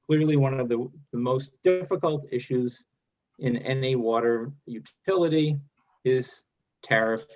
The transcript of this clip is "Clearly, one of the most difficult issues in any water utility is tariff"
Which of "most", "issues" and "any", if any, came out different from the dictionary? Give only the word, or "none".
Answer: none